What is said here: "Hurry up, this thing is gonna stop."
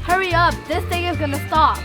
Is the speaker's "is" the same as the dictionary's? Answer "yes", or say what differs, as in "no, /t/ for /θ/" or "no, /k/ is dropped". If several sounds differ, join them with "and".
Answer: yes